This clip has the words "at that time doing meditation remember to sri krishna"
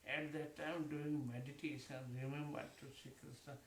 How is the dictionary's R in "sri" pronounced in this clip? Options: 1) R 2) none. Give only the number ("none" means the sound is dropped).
2